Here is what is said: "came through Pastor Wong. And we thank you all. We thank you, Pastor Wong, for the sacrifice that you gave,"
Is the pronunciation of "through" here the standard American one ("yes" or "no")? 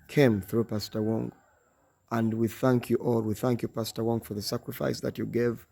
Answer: yes